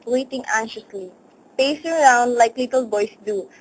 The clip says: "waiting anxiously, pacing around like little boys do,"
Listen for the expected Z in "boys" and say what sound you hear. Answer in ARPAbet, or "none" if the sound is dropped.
S